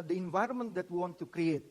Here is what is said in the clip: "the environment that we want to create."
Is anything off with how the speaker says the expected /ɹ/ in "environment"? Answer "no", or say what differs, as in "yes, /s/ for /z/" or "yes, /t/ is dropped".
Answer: no